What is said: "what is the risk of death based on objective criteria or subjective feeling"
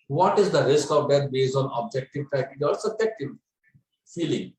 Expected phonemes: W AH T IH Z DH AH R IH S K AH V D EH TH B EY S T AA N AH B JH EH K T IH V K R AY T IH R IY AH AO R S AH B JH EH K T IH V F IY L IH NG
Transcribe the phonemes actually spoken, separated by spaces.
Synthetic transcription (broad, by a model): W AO T IH Z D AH R IH S K AH V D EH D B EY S AA N AH B JH EH K T IH V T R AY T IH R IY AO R S AH B JH EH K T IH V F IY L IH NG